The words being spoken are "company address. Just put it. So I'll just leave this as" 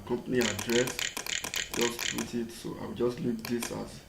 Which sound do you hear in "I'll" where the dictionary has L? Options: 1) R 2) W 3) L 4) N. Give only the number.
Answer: 2